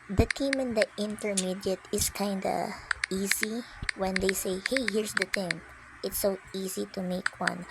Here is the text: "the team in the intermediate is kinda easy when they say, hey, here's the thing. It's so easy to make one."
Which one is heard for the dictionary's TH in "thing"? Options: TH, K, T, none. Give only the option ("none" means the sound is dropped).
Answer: T